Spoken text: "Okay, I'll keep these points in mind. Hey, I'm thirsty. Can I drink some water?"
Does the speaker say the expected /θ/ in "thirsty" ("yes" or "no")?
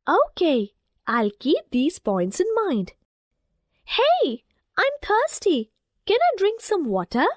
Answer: no